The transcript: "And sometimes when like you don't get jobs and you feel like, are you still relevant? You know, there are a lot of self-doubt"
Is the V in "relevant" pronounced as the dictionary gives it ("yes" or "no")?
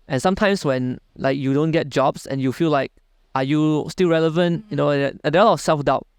yes